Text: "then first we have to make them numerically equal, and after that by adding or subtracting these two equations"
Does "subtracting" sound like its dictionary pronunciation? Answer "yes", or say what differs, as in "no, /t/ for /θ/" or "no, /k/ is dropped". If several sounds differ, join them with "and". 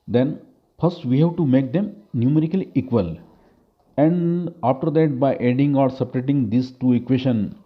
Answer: no, /k/ is dropped